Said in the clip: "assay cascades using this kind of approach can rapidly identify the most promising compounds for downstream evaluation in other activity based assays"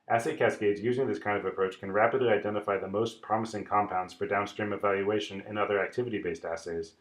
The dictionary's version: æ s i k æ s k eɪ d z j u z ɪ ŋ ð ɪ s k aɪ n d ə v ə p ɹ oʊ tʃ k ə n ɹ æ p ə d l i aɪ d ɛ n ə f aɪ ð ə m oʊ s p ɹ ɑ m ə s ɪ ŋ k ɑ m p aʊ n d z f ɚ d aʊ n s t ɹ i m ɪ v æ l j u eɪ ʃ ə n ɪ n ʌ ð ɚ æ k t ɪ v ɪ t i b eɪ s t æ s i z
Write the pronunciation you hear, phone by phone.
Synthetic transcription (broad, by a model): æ s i k æ s k eɪ d z j u z ɪ ŋ ð ɪ s k aɪ n d ə v ə p ɹ oʊ tʃ k ə n ɹ æ p ə d l i aɪ d ɛ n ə f aɪ ð ə m oʊ s p ɹ ɑ m ə s ɪ ŋ k ɑ m p aʊ n d z f ɚ d aʊ n s t ɹ i m ɪ v æ l j u eɪ ʃ ə n ɪ n ʌ ð ɚ æ k t ɪ v ɪ t i b eɪ s t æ s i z